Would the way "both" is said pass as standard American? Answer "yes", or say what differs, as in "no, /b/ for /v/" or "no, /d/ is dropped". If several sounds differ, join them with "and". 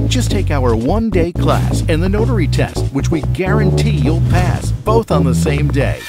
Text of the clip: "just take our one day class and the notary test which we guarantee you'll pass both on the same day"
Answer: yes